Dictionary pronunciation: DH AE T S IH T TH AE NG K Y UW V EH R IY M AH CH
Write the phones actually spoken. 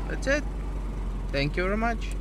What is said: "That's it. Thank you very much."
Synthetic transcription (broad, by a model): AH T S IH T T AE NG K Y UW V EH R IY M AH CH